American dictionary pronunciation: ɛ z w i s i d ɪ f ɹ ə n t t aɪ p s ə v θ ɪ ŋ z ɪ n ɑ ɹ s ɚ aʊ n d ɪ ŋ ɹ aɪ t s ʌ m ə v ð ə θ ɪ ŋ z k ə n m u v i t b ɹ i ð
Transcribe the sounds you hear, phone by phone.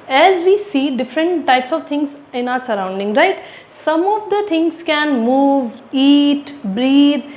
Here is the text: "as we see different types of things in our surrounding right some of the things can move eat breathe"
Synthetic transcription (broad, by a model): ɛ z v i s i d ɪ f ɹ ə n t t aɪ p s ə v t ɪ ŋ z ɪ n ɑ ɹ s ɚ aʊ n d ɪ ŋ ɹ aɪ t s ʌ m ə v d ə t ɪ ŋ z k ə n m u v i t b ɹ i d